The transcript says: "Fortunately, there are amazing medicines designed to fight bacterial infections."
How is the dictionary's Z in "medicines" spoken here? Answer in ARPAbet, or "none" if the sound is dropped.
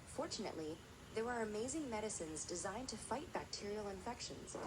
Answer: Z